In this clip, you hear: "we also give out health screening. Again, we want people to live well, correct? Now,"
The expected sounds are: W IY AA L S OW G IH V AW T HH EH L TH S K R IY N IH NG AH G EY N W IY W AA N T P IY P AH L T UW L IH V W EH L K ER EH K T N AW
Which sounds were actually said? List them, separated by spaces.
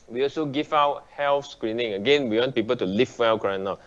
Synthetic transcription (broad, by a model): W IY AA L S OW G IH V AW T HH EH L F S K R IY N IH NG AH G EY N W IY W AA N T P IY P AH L T UW L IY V W EH L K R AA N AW